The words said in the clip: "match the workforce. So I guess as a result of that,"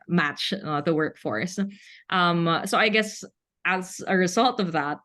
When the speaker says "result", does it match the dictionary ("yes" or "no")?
yes